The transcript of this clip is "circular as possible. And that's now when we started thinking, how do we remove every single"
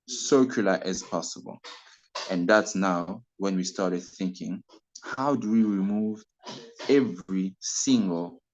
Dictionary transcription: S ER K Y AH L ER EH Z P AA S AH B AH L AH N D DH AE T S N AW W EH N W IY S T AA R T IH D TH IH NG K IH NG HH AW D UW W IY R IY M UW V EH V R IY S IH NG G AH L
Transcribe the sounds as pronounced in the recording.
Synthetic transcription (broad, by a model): S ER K Y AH L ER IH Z P AA S AH B AH L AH N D DH AE T S N AW W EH N W IY S T AA R T IH D TH IH NG K IH NG HH AW D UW W IY R IY M UW V EH V R IY S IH NG G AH L